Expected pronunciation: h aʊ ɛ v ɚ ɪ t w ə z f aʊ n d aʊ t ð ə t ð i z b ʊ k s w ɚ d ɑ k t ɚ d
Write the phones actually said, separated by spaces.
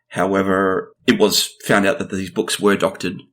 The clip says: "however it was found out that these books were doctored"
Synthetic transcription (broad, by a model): h aʊ ɛ v ɚ ɪ t w ə z f aʊ n d aʊ t ð ə t ð i z b ʊ k s w ɚ d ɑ k t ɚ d